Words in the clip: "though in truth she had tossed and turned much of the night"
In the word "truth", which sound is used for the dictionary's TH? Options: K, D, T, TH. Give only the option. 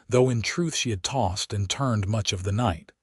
TH